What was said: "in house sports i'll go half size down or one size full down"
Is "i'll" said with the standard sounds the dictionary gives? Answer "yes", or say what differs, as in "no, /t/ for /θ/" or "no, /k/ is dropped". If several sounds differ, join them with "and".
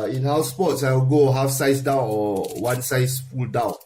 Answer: no, /w/ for /l/